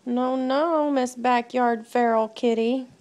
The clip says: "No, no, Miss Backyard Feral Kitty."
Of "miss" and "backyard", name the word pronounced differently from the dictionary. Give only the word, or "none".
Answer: none